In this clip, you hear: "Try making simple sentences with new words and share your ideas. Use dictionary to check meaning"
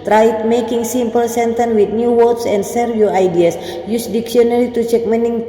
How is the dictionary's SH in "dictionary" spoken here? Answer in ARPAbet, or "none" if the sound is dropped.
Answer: S